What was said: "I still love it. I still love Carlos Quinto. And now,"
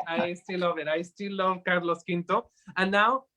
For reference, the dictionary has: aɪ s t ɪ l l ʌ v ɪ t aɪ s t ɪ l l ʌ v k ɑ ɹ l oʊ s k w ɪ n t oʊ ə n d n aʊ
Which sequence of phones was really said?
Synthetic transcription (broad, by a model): aɪ s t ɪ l l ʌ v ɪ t aɪ s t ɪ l l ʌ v k ɑ ɹ l oʊ s k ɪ n t oʊ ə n n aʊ